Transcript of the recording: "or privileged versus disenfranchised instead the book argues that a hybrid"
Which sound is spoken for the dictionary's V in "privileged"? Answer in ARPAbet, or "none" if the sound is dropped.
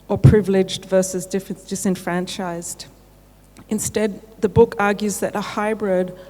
V